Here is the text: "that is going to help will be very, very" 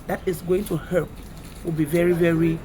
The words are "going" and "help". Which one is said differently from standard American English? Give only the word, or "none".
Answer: help